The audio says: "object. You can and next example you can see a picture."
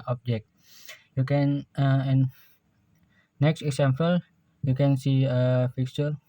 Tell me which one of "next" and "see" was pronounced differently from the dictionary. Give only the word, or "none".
none